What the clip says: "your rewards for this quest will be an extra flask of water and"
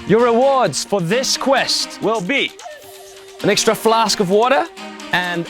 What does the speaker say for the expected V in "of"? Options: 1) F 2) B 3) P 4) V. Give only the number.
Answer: 4